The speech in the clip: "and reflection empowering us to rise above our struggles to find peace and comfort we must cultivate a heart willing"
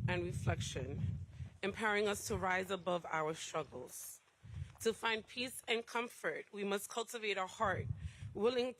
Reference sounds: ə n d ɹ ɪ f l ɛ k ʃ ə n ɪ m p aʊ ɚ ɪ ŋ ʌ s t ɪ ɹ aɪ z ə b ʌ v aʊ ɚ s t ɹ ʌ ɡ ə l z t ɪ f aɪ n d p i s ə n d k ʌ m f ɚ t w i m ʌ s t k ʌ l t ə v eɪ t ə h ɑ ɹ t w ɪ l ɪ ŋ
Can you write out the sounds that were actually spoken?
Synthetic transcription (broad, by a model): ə n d ɹ ɪ f l ɛ k ʃ ə n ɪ m p aʊ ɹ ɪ ŋ ʌ s t ɪ ɹ aɪ z ə b ʌ v aʊ ɚ s t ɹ ʌ ɡ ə l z t ɪ f aɪ n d p i s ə n k ʌ m f ɚ t w i m ʌ s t k ʌ l t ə v eɪ t ə h ɑ ɹ t w ɪ l ɪ ŋ